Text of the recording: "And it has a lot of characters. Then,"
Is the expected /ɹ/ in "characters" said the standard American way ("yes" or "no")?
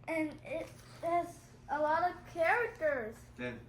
yes